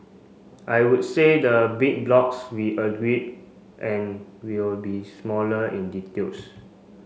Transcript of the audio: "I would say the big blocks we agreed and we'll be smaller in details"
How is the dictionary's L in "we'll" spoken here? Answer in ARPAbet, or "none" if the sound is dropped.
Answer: L